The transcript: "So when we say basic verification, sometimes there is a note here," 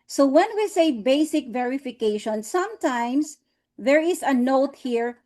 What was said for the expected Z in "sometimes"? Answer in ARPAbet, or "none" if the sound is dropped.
S